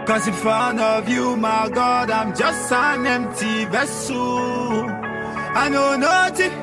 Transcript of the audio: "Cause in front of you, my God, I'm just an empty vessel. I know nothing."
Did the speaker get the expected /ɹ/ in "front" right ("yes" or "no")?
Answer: no